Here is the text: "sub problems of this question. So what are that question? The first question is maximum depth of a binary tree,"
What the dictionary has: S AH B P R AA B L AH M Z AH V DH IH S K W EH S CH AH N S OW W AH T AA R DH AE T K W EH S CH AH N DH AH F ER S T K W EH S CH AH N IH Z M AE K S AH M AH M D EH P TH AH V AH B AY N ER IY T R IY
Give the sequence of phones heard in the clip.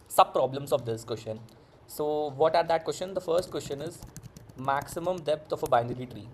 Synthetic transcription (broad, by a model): S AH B P R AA B L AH M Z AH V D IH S K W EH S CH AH N S OW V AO T AA R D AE T K W EH S CH AH N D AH F ER S T K W EH S CH AH N IH Z M AE K S AH M AH M D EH P T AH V AH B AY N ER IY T R IY